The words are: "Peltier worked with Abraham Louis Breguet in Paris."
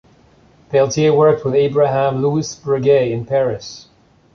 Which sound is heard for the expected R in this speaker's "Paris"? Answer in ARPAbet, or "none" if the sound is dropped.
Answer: R